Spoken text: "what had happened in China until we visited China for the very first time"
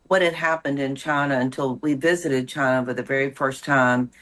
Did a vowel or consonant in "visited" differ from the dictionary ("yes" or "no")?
no